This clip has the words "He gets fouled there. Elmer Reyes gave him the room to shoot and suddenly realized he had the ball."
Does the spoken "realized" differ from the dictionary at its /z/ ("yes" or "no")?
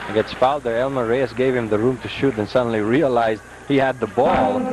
no